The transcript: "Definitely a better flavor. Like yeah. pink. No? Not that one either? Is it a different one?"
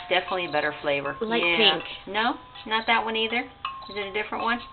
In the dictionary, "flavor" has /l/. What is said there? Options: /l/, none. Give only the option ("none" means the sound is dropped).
/l/